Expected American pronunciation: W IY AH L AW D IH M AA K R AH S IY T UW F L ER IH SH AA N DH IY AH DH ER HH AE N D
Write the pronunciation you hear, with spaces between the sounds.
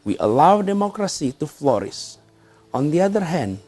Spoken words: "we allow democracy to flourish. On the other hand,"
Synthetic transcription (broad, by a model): W IY AH L AW D IH M AA K R AH S IY T UW F L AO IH S AA N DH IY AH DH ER HH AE N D